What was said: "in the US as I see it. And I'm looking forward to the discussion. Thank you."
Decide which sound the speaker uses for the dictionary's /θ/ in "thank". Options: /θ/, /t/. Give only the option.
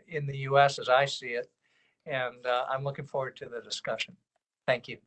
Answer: /θ/